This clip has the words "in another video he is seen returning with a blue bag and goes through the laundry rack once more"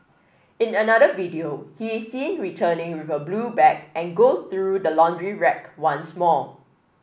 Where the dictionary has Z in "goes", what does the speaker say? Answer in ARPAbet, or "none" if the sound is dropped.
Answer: none